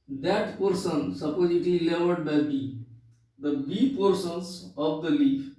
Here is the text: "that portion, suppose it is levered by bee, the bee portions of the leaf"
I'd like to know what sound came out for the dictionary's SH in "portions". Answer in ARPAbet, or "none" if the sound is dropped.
S